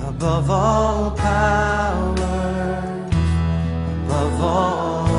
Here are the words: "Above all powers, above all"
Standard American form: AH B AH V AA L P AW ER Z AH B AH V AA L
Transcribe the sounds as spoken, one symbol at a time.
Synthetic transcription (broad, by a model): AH B AH V AA L P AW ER AH B AH V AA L